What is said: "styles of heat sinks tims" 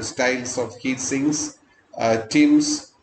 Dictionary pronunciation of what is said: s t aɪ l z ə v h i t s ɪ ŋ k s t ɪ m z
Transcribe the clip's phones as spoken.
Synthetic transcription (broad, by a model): s t aɪ l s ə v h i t s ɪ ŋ s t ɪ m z